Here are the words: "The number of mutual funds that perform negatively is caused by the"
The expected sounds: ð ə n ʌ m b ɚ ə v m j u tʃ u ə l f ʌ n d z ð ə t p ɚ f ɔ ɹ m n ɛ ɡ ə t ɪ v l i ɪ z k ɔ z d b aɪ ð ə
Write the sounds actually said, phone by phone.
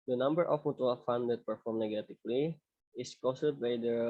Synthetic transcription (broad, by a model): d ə n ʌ m b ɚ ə f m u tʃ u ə l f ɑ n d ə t p ɚ f ɔ ɹ m n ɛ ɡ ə t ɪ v l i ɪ s k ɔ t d b aɪ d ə